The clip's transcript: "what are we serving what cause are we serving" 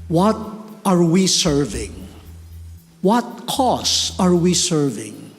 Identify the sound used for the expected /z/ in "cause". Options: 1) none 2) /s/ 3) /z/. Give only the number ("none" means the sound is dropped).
2